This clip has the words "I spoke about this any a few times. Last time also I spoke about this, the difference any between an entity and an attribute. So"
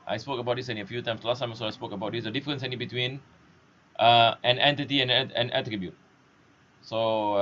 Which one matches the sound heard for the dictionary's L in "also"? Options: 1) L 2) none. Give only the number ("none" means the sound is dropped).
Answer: 2